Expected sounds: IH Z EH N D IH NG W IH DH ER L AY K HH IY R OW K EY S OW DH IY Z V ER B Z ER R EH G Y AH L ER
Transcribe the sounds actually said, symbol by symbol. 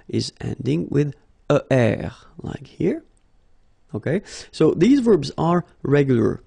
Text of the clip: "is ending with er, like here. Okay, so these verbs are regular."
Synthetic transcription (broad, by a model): IH Z EH N D IH NG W IH DH ER L AY K HH IY R OW K EY S OW DH IY Z V ER B Z ER R EH G Y L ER